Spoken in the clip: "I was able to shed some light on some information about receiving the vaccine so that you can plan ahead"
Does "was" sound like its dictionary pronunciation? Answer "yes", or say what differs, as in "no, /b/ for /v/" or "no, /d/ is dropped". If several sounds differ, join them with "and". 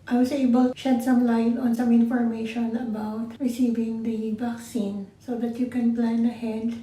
no, /s/ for /z/